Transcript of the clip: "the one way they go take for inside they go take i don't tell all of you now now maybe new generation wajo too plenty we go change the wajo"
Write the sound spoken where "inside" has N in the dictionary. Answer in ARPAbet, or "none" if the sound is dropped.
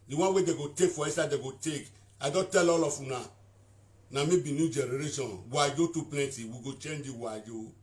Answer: none